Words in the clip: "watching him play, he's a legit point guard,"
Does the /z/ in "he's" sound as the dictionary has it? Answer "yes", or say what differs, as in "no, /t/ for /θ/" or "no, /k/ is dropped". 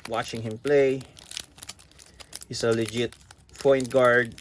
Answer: no, /s/ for /z/